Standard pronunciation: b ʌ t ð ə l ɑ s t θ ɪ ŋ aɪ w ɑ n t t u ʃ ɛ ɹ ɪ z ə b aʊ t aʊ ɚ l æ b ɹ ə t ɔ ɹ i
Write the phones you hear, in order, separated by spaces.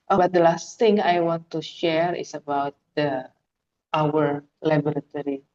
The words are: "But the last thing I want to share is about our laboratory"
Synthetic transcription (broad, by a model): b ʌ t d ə l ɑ s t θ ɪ ŋ aɪ w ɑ n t t u ʃ ɛ ɹ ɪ s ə b aʊ t aʊ ɚ l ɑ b ɹ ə t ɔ ɹ i